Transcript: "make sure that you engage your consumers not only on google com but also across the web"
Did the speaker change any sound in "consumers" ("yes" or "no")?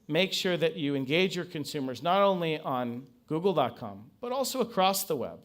no